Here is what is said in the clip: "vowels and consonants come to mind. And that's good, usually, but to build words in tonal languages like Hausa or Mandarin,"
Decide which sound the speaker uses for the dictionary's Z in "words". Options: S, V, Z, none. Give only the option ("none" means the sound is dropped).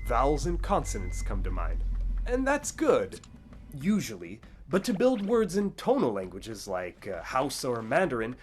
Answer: Z